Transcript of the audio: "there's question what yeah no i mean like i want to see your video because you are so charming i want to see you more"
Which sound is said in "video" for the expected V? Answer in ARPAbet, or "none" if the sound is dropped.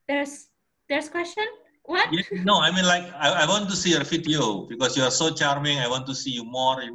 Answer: F